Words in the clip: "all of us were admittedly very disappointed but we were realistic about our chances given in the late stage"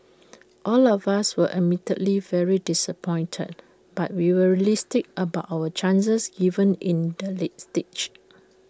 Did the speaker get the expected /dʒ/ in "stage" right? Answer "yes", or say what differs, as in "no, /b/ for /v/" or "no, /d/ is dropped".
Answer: no, /tʃ/ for /dʒ/